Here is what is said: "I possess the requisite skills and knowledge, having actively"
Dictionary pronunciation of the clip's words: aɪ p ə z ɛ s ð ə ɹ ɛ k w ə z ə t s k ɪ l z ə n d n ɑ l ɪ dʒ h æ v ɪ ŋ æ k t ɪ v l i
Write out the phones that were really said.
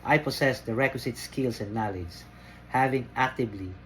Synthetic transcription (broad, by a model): aɪ p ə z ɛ s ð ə ɹ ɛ k w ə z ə t s k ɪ l s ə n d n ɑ l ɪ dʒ h æ v ɪ ŋ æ k t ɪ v l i